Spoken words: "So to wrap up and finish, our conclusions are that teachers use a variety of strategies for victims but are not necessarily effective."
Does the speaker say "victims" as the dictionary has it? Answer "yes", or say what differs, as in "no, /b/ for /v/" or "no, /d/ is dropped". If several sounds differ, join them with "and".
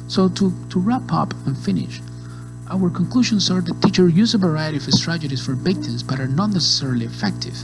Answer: no, /b/ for /v/